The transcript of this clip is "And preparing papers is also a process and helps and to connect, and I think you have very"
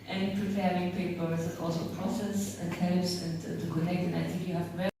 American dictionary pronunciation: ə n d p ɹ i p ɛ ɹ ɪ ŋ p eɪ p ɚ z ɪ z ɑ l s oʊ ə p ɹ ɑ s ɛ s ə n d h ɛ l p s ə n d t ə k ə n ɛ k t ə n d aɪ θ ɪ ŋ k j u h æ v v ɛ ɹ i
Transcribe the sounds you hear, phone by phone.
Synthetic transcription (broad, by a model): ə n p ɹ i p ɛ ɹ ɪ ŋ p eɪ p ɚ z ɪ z ɑ l s oʊ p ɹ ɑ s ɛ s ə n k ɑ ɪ p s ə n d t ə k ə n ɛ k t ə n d aɪ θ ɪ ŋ k j u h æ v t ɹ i